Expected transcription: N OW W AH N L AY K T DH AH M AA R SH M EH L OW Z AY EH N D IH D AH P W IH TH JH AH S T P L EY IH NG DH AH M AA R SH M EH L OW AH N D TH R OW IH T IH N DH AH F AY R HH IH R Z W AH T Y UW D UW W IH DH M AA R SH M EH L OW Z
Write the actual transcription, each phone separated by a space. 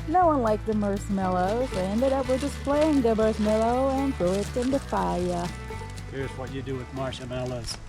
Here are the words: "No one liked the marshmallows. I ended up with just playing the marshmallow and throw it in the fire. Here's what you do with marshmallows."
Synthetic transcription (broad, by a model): N OW W AH N L AY K DH AH M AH R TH M EH L OW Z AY EH N D IH D AH P W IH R JH AH S P L EY IH NG DH AH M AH R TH M EH L OW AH N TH R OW IH T IH N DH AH F AY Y HH IH R Z W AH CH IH D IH W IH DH M AA R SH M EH L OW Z